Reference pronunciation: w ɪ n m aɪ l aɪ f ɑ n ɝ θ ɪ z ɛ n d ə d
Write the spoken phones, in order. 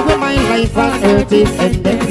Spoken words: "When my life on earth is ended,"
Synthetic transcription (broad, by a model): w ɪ m aɪ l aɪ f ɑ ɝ t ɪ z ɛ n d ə